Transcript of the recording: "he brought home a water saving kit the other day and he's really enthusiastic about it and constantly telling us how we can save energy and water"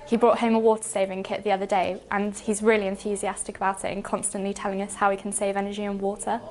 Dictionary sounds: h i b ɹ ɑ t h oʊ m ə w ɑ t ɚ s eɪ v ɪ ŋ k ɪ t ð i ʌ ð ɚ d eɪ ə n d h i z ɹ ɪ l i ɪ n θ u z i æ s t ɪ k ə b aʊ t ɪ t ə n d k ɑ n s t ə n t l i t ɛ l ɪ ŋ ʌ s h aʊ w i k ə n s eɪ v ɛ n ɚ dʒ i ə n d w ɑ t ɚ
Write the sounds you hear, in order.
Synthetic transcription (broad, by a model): h i b ɹ ɑ t h oʊ m ə w ɑ t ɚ s eɪ v ɪ ŋ k ɪ t ð i ʌ ð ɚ d eɪ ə n h i z ɹ ɪ l i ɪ n θ u z i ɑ s t ɪ k ə b aʊ t ɪ t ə n k ɑ n s t ə n t l i t ɛ l ɪ ŋ ʌ s h aʊ i k ə n s eɪ v ɛ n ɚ dʒ i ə n w ɑ t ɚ